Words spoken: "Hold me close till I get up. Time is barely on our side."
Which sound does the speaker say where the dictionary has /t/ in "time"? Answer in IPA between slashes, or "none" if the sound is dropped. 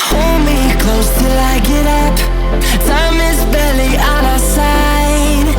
/s/